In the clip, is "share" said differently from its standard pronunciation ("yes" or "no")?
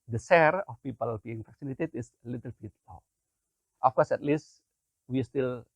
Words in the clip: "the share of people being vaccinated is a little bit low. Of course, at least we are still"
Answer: yes